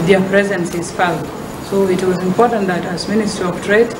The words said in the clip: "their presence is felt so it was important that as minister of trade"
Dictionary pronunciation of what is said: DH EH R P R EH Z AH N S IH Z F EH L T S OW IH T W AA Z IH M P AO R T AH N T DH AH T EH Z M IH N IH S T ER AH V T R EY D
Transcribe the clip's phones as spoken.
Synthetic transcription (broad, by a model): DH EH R P R EH Z AH N S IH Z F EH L S OW IH T W AA Z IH M P AO R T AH N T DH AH T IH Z M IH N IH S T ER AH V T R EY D